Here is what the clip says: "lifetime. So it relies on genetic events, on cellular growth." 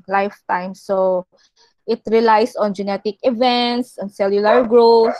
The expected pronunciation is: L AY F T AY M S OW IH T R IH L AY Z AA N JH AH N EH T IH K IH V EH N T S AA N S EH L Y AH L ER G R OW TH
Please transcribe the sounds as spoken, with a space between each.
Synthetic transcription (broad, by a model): L AY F T AY M S OW IH T R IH L AY S AA N JH AH N EH T IH K IH V EH N T S AA N S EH L Y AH L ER G R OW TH